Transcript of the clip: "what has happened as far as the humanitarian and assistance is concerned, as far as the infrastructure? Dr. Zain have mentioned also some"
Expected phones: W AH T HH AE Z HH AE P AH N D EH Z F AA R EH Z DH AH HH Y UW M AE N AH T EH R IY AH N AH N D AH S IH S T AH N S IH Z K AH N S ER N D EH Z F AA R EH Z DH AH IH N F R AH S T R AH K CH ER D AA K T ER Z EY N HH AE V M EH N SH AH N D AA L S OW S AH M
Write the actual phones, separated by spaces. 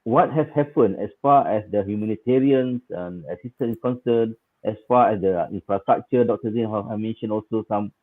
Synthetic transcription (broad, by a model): W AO T HH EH S HH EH P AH N EH S F AA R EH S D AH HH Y UW M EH N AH T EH R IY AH N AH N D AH S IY S T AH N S K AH N S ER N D EH S F AA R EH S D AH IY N F R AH S T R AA K CH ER D AA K T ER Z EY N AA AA M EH N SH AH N AA L S OW S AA M